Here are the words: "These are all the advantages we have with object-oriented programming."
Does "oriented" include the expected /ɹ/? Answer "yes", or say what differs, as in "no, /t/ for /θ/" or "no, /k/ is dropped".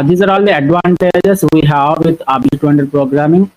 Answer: no, /ɹ/ is dropped